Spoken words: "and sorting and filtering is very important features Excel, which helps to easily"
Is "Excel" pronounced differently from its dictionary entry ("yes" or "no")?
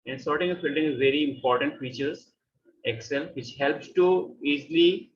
no